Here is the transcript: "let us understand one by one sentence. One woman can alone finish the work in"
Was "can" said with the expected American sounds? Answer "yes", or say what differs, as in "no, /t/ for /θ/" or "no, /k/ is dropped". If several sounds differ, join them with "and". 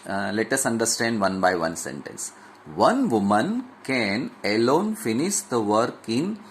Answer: yes